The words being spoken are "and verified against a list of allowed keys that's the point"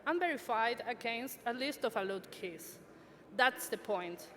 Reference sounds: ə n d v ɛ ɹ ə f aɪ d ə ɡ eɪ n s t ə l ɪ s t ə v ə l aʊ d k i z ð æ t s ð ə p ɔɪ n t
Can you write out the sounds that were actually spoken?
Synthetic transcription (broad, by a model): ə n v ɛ ɹ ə f aɪ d ə ɡ eɪ n s t ə l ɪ s t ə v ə l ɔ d k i s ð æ t s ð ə p ɔɪ n t